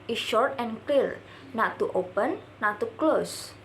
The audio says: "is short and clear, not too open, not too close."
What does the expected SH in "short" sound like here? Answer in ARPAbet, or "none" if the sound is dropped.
SH